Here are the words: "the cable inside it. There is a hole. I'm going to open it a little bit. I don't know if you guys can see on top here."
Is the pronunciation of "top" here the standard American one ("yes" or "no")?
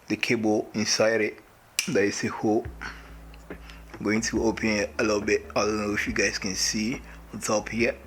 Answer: yes